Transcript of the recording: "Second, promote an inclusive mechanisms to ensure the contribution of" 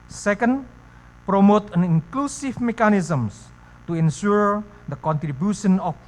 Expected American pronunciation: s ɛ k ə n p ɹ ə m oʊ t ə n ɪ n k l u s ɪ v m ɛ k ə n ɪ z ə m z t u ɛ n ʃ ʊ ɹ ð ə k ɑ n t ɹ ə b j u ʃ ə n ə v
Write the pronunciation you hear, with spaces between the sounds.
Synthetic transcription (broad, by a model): s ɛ k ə n p ɹ ə m oʊ t ə n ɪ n k l u s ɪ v m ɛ k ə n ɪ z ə m s t u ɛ n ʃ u ɹ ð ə k ɑ n t ɹ ə b j u ʃ ə n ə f